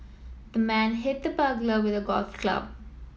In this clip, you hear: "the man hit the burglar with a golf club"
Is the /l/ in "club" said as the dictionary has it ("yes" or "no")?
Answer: yes